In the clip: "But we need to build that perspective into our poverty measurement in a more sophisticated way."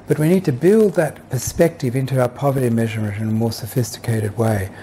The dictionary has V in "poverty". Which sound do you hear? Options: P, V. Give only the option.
V